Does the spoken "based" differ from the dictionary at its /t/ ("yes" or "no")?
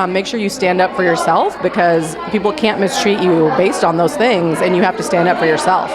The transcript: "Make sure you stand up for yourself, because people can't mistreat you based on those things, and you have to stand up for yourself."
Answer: no